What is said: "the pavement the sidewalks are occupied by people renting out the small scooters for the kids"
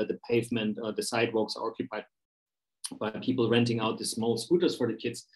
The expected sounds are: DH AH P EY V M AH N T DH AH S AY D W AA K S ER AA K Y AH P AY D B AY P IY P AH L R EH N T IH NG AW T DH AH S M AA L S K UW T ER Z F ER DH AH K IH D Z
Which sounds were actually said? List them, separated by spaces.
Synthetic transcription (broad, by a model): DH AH P EY V M AH N T DH AH S AY D W AA K S ER AA K Y AH P AY D B AY P IY P L R EH N T IH NG AW T DH AH S M AA L S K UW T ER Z F ER DH AH K IH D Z